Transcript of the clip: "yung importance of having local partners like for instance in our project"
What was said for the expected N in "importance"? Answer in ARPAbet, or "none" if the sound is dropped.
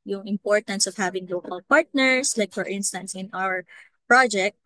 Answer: N